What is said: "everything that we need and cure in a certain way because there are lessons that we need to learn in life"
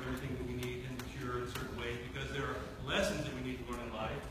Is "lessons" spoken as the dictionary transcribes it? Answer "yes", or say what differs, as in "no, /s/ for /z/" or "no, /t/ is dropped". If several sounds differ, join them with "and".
yes